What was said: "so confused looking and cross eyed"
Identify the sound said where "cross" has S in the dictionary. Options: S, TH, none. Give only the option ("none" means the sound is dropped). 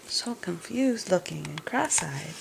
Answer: S